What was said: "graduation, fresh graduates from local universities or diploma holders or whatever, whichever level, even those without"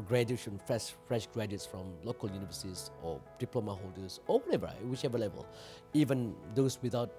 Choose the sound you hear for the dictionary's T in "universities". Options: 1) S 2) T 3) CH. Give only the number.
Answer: 1